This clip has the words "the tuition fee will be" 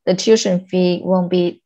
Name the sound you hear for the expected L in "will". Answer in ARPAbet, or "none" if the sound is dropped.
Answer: N